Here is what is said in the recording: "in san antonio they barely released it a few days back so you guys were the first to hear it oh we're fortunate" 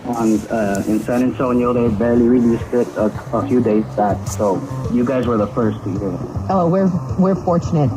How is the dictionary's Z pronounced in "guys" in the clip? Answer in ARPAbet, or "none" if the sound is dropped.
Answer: Z